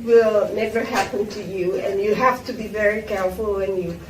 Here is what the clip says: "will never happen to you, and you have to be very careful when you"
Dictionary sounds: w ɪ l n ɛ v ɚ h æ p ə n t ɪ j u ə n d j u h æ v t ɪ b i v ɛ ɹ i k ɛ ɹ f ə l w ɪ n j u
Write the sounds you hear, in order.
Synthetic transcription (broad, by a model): w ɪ l n ɛ v ɚ h æ p ə n t ɪ j u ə n j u h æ f t ɪ b i v ɛ ɹ i k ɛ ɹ f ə l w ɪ n j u